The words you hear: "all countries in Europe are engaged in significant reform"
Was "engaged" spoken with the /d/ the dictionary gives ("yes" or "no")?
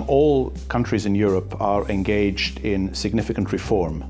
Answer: yes